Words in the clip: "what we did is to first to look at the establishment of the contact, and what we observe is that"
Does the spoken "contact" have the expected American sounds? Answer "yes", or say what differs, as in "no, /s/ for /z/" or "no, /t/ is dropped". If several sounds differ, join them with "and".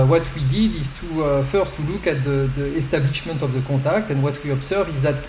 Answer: no, /n/ is dropped